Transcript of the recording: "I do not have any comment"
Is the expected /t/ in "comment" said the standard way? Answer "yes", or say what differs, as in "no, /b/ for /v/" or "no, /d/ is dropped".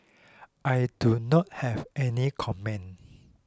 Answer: no, /t/ is dropped